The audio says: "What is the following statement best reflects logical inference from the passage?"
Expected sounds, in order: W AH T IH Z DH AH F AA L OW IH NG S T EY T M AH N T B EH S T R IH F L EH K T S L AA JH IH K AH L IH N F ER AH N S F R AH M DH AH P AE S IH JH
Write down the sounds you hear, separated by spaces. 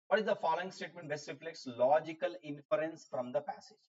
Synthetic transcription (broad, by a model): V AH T IH Z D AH F AA L OW IH NG S T EY T M AH N T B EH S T R IH F L EH K T S L AA JH IH K AH L IH N F ER AH N S F R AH M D AH P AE S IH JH